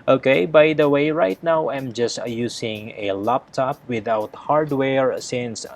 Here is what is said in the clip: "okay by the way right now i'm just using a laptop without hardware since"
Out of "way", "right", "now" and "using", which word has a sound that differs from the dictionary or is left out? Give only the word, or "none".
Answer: using